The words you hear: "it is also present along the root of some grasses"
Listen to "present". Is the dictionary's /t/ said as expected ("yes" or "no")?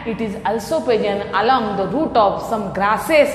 no